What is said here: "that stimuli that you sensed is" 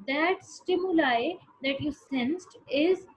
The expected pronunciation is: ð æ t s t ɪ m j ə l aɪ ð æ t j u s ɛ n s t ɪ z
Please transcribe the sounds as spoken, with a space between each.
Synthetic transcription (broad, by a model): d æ t s t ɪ m j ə l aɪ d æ t j u s ɛ n s t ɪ z